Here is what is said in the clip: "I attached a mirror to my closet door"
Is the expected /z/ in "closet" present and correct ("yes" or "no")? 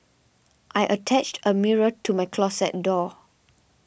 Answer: no